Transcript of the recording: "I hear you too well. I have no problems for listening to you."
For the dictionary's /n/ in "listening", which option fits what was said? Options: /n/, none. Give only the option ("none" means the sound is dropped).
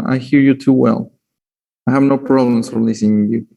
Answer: none